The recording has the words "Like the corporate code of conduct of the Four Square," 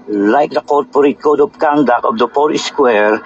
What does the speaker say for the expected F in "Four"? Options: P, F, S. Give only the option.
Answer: P